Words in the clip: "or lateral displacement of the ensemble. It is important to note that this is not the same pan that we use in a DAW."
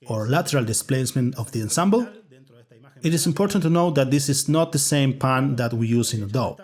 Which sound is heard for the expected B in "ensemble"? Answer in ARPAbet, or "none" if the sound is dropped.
B